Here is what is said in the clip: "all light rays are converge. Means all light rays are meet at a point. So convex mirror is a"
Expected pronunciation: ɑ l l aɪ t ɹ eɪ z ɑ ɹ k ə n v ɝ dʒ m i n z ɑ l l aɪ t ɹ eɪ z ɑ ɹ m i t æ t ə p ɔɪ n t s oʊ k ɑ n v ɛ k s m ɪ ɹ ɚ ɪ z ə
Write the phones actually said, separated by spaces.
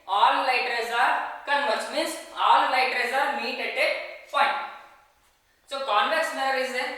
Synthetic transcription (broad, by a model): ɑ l l aɪ t ɹ eɪ z ɑ ɹ k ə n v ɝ tʃ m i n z ɑ l l aɪ t ɹ eɪ z ɑ ɹ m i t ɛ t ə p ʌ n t s oʊ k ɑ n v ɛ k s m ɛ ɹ ɪ z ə